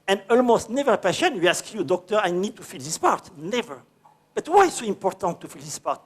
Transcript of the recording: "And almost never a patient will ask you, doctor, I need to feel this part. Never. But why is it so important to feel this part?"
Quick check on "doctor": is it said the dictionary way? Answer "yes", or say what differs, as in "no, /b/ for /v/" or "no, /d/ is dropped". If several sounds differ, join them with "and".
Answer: yes